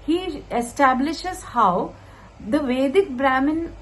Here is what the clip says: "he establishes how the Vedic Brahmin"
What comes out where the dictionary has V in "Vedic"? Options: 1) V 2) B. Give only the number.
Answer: 1